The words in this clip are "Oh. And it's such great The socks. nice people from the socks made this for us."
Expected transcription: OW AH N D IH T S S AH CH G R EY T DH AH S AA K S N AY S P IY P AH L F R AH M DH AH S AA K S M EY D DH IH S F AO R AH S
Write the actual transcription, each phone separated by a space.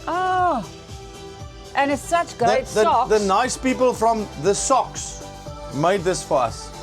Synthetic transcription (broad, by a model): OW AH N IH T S S AH CH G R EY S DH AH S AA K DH N AY S P IY P AH L F R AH M DH AH S AA K S M EY D DH IH S F AO R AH S